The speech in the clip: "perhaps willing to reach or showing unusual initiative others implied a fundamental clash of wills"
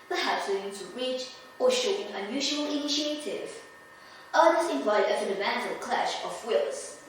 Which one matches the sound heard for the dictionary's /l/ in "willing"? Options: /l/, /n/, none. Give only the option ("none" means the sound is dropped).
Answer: none